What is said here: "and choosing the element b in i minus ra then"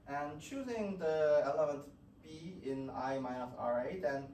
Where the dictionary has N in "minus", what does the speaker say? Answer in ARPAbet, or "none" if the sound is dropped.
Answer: none